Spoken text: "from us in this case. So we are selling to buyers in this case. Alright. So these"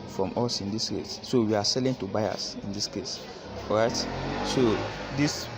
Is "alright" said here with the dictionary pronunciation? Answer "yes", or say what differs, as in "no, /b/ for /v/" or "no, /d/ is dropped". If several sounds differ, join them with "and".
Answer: no, /l/ is dropped